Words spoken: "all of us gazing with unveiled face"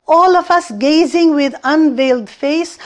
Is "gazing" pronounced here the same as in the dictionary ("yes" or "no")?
yes